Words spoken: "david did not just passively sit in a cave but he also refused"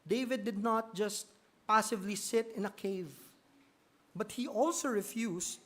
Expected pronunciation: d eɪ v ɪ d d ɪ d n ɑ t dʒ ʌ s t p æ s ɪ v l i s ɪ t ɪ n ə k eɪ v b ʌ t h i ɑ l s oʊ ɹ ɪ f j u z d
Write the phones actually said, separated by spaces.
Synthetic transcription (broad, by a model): d eɪ v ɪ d d ɪ d n ɑ t dʒ ʌ s t p æ s ɪ v l i s ɪ t ɪ n ə k eɪ v b ʌ t h i ɑ l s oʊ ɹ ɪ f j u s